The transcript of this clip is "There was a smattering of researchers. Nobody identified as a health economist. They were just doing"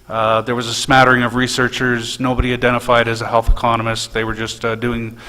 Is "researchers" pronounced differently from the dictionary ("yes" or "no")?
no